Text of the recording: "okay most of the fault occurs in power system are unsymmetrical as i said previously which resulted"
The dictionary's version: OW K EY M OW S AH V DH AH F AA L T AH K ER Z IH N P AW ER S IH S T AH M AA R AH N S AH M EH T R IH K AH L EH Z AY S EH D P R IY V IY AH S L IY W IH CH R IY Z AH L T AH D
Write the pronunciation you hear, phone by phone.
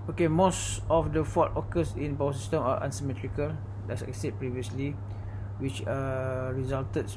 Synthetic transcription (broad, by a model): OW K EY M OW S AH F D AH F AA T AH K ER S IH N B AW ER S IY S T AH M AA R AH N S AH M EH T R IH K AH L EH S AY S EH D P R IY V IY AH S L IY W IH CH R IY Z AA L T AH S